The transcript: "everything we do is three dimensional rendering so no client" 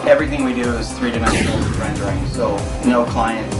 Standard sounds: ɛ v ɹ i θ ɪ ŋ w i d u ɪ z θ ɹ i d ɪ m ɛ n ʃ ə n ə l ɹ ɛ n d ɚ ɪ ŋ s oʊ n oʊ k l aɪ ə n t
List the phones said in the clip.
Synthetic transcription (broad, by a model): ɛ v ɹ i θ ɪ ŋ w i d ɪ ɪ z θ ɹ i d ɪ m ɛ n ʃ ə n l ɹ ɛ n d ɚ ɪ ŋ s oʊ n oʊ k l aɪ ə n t